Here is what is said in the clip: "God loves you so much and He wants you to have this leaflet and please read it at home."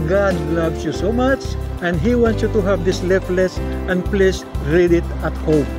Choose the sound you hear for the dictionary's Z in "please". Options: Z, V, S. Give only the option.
S